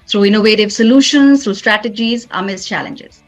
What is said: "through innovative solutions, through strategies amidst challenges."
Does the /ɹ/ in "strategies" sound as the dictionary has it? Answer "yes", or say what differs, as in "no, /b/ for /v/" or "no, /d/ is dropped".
yes